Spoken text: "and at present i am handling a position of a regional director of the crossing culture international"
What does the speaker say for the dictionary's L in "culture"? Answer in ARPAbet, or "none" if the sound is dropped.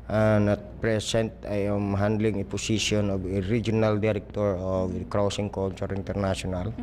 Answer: N